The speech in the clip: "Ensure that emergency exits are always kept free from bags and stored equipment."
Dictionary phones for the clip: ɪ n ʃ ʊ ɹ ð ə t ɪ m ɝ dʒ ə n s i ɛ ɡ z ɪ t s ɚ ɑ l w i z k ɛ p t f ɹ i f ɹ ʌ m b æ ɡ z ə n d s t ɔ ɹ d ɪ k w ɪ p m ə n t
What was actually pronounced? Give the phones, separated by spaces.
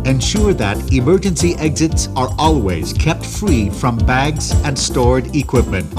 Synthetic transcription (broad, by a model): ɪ n ʃ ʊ ɹ ð ə t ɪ m ɝ dʒ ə n s i ɛ ɡ z ɪ t s ɚ ɑ l w i z k ɛ p t f ɹ i f ɹ ʌ m b æ ɡ z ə n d s t ɔ ɹ d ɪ k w ɪ p m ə n t